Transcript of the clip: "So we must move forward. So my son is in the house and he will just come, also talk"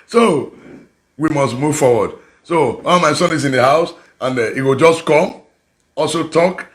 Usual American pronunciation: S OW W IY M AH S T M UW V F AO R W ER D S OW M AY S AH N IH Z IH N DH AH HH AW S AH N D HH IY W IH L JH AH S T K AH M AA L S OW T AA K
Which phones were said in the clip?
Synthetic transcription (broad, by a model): S OW W IY M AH S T M UW V F AO W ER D S OW M AY S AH N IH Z IH N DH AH HH AW S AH N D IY W IH L JH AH S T K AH M AA L S OW T AA K